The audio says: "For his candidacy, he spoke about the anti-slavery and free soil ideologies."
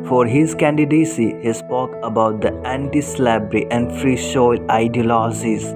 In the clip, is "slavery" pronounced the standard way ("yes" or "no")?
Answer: no